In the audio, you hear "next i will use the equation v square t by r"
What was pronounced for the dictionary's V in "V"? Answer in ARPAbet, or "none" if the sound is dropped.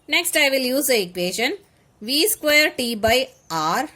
V